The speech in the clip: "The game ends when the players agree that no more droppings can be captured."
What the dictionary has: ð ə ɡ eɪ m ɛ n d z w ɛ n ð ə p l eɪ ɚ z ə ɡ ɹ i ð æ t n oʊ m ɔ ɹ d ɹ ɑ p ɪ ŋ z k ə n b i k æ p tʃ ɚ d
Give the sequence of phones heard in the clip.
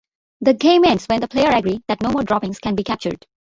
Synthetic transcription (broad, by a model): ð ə ɡ eɪ m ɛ n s w ɛ n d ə p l eɪ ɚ ə ɡ ɹ i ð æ t n oʊ m ɔ ɹ d ɹ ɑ p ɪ ŋ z k ə n b i k æ p tʃ ɚ d